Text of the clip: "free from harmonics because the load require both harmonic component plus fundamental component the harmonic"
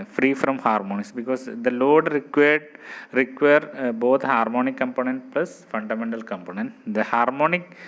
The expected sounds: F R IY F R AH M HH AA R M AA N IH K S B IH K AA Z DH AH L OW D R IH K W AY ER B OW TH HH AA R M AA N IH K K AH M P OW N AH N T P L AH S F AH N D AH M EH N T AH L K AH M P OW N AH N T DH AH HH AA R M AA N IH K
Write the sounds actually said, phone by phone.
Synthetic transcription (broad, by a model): F R IY F R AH M HH AA R M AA N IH S B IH K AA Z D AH L OW D R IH K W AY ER B OW T HH AA R M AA N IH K K AH M P OW N AH N T P L AH S F AH N D AH M EH N T AH L K AH M P OW N AH N T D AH HH AA R M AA N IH K